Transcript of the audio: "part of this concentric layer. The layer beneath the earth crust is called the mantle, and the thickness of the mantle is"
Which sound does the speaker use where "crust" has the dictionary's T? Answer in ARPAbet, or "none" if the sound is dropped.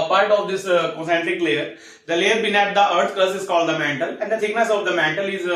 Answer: none